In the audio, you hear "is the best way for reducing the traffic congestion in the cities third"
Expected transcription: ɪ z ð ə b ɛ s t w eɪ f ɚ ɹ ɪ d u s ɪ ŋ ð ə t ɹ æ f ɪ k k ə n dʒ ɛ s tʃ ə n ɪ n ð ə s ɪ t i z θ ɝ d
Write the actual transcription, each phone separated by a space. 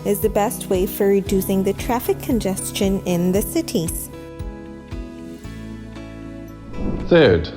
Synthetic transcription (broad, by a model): ɪ z ð ə b ɛ s t w eɪ f ɚ ɹ ɪ d u s ɪ ŋ ð ə t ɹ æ f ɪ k k ə n dʒ ɛ s tʃ ə n ɪ n ð ə s ɪ t i z θ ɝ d